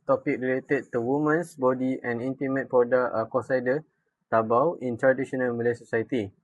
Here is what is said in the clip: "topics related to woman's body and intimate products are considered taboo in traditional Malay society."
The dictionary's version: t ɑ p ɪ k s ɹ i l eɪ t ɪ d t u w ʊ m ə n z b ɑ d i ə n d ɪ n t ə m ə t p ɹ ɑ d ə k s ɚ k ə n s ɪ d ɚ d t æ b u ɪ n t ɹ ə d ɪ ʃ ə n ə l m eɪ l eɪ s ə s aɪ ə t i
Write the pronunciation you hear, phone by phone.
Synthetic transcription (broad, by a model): t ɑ p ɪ k ɹ i l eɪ t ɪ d t u w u m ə n s b ɑ d i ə n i n t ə m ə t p ɑ d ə k ɔ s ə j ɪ d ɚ t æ b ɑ ɪ n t ɹ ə d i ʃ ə n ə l m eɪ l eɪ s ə s aɪ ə t i